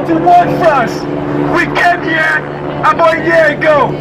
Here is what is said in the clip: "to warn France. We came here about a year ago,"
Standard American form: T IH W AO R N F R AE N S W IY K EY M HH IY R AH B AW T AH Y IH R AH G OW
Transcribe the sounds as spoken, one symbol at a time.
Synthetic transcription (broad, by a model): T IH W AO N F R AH S W IY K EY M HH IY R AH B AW AH Y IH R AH G OW